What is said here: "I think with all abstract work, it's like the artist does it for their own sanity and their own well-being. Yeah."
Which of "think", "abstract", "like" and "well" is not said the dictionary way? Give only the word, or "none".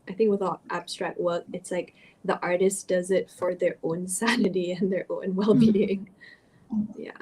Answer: none